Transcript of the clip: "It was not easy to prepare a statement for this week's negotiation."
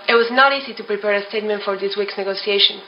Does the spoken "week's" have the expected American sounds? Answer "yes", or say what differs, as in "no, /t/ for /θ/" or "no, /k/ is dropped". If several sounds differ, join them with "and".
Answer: yes